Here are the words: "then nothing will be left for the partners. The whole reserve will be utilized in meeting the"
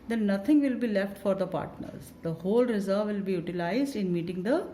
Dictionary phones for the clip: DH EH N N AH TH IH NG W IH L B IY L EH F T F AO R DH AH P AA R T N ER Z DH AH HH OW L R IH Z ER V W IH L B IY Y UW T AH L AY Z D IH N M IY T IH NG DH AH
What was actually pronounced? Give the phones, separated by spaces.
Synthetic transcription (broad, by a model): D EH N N AH T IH NG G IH L B IY L EH F T F AO R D AH P AA R T N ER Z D AH HH OW L R IH Z ER V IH L B IY Y UW T AH L AY Z D IH N M IY T IH NG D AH